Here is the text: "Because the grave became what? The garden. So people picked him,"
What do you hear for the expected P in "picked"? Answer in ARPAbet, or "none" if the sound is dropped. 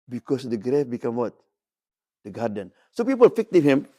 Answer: F